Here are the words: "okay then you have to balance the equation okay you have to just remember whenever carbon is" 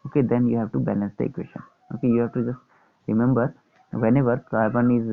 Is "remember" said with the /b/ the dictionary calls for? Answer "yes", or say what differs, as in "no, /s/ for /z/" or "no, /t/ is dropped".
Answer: yes